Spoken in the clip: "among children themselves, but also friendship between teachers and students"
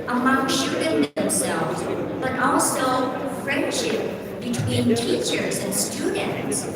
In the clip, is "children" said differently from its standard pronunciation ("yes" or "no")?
yes